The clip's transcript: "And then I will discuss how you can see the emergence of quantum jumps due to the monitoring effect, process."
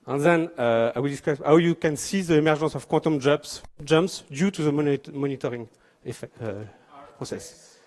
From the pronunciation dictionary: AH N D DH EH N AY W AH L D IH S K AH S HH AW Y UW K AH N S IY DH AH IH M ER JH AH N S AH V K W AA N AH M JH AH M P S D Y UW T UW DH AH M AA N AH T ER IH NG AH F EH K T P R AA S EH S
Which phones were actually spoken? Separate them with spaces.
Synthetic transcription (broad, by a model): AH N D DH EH N AY W AH L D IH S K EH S HH AW Y UW K AH N S IY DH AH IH M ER ZH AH S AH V K W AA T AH M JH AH M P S D Y UW T UW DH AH M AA N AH T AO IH NG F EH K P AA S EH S